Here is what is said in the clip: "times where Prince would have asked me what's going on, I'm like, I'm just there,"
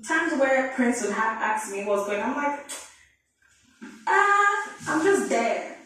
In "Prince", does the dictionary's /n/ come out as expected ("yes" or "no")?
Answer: yes